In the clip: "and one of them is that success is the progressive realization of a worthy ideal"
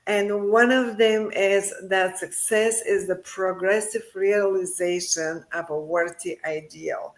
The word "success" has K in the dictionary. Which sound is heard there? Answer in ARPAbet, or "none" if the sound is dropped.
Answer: K